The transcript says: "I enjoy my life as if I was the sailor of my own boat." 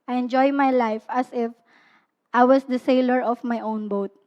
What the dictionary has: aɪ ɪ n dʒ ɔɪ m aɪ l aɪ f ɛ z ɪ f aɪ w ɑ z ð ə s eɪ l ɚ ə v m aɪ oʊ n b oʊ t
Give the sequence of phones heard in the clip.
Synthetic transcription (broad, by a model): aɪ ɪ n dʒ ɔɪ m aɪ l aɪ f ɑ s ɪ f aɪ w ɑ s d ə s eɪ l ɚ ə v m aɪ oʊ n b oʊ t